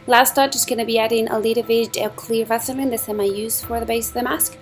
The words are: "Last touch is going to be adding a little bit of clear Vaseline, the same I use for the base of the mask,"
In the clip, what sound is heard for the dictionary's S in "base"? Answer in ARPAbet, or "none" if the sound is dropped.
S